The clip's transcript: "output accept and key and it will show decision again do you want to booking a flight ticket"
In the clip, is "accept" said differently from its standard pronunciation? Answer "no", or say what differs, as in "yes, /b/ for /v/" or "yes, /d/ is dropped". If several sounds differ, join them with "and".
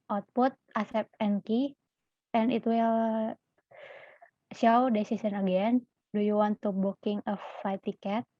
yes, /k/ is dropped